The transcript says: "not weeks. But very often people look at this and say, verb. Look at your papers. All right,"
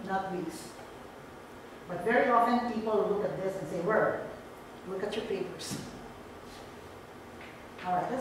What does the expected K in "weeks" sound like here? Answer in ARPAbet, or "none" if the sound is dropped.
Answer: none